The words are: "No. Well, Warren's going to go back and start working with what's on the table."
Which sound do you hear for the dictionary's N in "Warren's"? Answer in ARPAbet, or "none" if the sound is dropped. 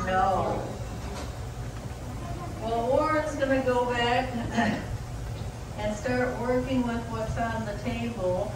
none